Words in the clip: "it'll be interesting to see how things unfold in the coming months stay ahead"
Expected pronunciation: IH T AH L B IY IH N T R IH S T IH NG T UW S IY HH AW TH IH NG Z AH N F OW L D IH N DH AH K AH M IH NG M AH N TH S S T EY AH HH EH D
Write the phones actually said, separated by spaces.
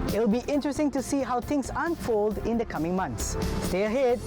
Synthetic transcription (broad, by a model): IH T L B IY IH N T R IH S T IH NG T UW S IY HH AW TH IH NG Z AH N F OW L D IH N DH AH K AH M IH NG M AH N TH S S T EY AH HH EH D